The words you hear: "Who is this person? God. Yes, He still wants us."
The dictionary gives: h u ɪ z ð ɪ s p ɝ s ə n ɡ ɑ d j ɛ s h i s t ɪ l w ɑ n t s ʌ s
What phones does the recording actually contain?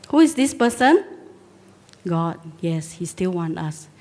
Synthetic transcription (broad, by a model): h u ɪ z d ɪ s p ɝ s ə n ɡ ɑ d j ɛ s h i s t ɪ l w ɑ n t ɑ s